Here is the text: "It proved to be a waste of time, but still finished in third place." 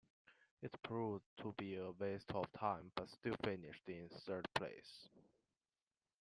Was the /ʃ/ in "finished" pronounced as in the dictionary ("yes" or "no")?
yes